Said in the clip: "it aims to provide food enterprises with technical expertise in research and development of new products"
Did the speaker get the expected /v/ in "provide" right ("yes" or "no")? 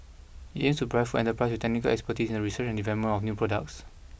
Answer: no